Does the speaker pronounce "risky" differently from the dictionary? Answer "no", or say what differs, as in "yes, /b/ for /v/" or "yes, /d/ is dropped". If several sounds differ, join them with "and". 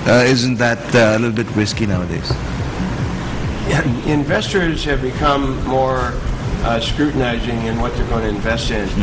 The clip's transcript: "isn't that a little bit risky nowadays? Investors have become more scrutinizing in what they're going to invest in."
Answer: yes, /w/ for /ɹ/